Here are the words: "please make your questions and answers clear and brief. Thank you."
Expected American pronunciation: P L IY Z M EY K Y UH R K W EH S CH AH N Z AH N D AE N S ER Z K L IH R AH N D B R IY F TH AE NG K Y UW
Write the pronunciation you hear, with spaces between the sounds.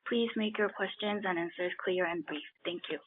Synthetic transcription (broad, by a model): P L IY Z M EY K Y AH R K W EH S CH AH N Z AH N AE N S ER Z K L IH R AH N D B R IY F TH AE NG K Y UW